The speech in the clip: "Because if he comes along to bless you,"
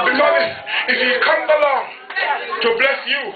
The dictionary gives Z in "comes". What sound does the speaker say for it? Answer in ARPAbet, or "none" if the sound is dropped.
none